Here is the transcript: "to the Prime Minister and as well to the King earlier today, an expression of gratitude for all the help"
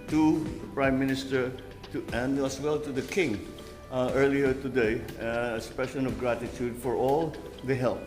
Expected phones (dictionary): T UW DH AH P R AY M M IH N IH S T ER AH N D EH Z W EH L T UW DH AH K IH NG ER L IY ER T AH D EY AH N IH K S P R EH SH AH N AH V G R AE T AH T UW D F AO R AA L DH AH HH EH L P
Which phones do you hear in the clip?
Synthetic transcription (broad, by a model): T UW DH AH P R AY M M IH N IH S T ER AH N D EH S W EH L T UW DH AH K IH NG ER L IY ER T AH D EY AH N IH S P EH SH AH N AH V G R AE T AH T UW D F AO R AA L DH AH HH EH L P